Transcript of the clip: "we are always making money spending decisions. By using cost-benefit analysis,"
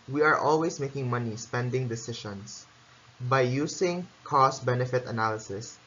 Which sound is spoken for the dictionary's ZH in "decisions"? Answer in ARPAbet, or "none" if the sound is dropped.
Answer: SH